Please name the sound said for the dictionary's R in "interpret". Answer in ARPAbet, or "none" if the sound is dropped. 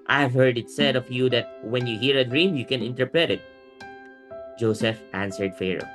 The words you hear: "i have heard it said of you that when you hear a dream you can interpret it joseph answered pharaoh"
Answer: R